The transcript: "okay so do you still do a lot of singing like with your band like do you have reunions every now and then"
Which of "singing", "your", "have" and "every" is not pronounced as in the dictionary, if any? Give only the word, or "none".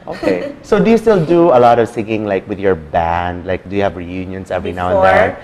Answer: none